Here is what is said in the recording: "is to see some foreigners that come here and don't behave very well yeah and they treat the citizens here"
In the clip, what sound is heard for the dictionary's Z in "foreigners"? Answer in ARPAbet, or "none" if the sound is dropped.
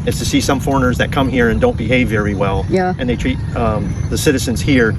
Z